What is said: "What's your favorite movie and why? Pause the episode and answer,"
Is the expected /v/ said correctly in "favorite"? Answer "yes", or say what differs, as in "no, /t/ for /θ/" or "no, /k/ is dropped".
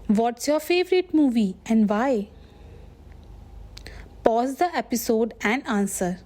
yes